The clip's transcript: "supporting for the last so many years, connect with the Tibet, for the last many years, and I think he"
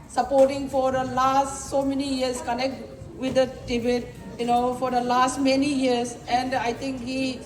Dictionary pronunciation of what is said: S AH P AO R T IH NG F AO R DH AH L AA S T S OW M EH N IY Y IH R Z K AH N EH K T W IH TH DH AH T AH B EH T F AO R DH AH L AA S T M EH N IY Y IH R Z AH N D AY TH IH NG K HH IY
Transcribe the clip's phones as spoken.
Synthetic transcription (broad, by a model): S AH P AO R T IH NG F AO R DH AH L AA S T S OW M EH N IY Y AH R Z K AH N EH K T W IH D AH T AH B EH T F AO R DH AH L AA S T M EH N IY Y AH R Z AH N D AY T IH NG K HH IY